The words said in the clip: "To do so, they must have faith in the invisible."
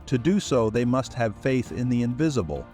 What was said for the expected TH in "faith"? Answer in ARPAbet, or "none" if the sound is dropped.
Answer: TH